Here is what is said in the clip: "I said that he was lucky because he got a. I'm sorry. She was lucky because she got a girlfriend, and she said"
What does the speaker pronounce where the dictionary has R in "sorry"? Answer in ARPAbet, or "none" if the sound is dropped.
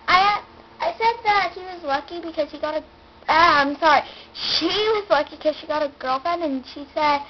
R